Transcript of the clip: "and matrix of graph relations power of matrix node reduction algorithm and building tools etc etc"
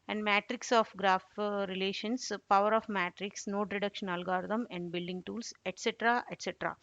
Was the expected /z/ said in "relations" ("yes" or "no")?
no